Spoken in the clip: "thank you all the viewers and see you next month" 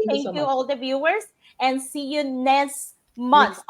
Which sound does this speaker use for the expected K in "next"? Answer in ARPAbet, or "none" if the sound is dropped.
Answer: none